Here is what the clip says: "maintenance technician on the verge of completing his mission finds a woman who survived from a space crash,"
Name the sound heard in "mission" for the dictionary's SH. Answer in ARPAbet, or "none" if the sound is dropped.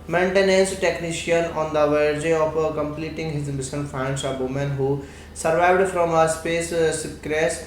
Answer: S